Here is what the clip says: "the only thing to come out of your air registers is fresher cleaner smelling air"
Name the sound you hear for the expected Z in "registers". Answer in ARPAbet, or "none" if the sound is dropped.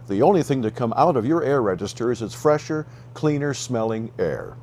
Z